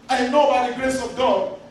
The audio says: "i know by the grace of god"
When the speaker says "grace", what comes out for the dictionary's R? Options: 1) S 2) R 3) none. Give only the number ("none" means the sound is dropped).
2